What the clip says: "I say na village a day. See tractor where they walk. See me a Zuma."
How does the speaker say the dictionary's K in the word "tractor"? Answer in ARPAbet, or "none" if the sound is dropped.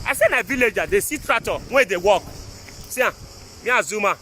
none